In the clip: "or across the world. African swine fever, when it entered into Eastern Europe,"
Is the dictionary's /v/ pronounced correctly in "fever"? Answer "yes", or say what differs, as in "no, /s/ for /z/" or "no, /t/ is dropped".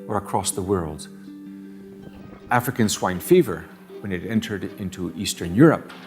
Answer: yes